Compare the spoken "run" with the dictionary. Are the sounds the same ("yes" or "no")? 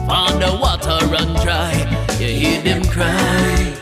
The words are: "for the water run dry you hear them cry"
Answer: yes